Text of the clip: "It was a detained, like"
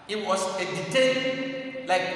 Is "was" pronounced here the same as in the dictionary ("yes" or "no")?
no